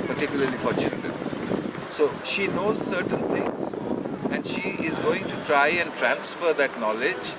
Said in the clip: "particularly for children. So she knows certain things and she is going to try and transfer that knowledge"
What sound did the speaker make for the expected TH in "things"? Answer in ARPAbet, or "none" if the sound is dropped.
T